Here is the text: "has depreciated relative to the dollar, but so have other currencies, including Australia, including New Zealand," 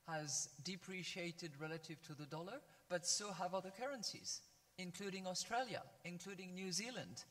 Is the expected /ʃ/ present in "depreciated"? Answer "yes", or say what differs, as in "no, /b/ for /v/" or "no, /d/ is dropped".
yes